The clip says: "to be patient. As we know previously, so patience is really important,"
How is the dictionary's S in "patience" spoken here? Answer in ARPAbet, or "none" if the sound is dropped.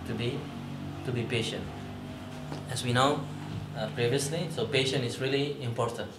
none